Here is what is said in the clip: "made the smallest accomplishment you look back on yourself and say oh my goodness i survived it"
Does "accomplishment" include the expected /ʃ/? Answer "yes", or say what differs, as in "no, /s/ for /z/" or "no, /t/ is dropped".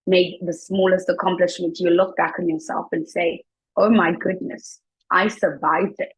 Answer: yes